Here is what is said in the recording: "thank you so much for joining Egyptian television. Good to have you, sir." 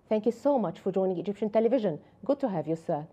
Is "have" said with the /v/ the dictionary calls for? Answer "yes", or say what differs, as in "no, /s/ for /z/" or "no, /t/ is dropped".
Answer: yes